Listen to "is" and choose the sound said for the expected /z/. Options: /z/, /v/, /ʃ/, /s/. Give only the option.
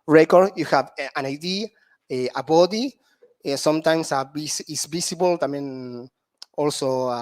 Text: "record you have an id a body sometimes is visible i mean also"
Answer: /s/